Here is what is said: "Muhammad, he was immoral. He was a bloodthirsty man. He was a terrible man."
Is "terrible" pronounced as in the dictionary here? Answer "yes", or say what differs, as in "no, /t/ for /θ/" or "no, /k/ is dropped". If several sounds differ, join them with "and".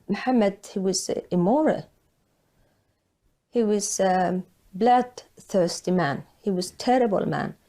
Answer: yes